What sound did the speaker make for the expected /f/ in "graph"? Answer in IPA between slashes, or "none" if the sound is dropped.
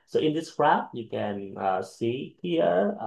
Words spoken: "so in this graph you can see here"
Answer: /p/